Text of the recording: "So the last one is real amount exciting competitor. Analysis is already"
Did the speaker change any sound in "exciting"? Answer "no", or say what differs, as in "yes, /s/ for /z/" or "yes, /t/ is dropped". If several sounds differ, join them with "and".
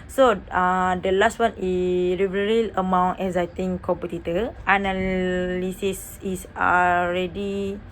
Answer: yes, /k/ is dropped